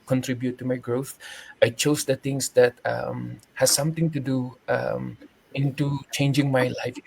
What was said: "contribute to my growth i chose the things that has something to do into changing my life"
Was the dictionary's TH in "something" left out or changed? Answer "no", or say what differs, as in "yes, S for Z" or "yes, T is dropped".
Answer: yes, T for TH